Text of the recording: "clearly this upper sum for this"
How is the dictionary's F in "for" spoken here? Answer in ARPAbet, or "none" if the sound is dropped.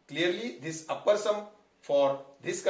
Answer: F